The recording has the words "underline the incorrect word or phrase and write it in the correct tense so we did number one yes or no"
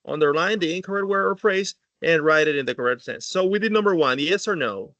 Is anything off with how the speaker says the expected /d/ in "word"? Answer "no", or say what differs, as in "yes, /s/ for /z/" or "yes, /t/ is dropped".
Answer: yes, /d/ is dropped